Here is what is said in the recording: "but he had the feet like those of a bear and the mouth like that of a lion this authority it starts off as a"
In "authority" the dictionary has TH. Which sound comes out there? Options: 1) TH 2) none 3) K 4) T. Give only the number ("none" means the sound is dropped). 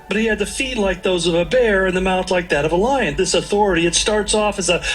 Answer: 1